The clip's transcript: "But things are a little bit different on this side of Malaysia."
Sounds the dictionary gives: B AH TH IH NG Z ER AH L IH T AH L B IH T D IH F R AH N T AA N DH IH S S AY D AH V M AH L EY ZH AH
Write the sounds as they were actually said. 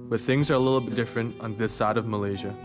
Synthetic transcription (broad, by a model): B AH TH IH NG Z ER AH L IH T L B IH T D IH F R AH N T N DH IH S S AY D AH V M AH L EY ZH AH